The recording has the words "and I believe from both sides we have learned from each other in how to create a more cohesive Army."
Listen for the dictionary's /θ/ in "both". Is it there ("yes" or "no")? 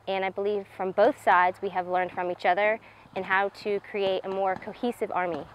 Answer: yes